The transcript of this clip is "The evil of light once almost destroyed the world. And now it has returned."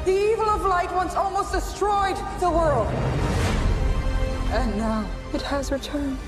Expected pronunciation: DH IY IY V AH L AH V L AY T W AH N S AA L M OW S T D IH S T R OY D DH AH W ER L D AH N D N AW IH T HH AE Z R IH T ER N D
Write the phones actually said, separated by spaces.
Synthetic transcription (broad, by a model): DH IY IY V AH L AH V L AY T W AH N S AA L M OW S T D IH S T R OY D DH AH W ER L D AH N N AW IH T HH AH Z R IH T ER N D